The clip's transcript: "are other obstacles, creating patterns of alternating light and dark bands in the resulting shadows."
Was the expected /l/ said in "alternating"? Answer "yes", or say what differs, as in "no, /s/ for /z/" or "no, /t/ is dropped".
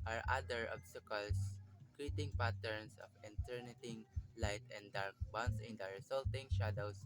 no, /n/ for /l/